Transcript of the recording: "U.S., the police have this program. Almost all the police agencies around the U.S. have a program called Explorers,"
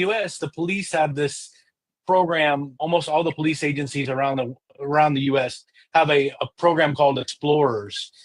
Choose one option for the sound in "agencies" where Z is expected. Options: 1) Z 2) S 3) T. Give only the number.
1